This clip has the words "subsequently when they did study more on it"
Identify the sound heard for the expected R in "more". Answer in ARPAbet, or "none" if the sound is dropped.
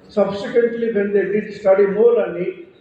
L